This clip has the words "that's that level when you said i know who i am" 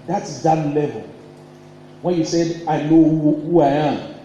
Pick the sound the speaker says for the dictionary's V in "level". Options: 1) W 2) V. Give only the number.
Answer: 2